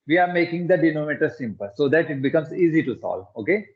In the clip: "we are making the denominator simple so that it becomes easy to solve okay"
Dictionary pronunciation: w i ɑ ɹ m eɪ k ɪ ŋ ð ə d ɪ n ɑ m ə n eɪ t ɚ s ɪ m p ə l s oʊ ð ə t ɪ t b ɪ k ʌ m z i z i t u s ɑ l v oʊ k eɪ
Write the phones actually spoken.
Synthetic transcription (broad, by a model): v i ɑ ɹ m eɪ k ɪ ŋ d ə d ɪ n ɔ m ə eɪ t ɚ s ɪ m p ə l s oʊ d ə t ɪ t b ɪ k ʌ m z i z i t u s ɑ l oʊ k eɪ